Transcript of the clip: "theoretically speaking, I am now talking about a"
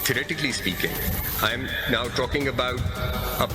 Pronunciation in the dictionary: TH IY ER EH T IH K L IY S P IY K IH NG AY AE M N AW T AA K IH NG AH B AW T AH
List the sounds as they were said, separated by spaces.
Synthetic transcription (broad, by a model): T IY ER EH T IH K L IY S P IY K IH NG AY M N AW T AA K IH NG AH B AW T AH